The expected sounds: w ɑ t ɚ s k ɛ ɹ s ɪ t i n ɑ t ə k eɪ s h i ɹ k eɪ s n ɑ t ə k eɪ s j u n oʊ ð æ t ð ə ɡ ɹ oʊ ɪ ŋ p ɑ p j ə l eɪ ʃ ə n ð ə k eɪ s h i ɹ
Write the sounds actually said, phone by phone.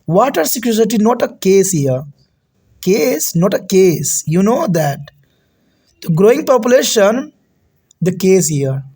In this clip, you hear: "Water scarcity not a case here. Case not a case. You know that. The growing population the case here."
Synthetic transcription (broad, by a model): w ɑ t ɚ s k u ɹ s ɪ t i n ɑ t ə k eɪ s h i ɹ k eɪ s n ɑ t ə k eɪ s j u n oʊ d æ t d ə ɡ ɹ oʊ ɪ ŋ p ɑ p j ə l eɪ ʃ ə n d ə k eɪ s h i ɹ